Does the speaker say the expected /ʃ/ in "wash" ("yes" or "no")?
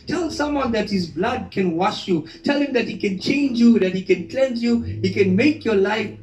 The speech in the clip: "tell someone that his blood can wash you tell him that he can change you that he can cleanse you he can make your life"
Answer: yes